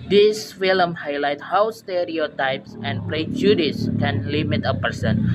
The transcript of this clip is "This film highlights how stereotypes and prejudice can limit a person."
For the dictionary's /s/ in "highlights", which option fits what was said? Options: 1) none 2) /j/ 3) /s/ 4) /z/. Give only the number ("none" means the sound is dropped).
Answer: 1